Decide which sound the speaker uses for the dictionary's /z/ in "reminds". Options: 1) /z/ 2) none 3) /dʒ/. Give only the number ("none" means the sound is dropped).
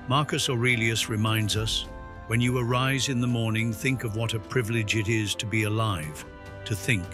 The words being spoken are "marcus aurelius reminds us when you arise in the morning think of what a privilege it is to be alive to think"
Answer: 1